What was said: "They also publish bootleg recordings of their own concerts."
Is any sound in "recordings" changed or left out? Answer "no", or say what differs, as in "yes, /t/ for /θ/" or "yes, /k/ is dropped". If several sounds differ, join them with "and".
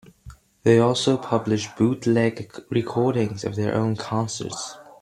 no